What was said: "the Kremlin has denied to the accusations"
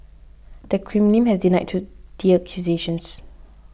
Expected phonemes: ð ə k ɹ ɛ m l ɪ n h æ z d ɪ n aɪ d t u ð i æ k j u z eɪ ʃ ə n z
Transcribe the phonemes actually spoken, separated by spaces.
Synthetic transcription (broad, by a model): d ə k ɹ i m n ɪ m h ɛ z d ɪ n aɪ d t u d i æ k j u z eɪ ʃ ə n s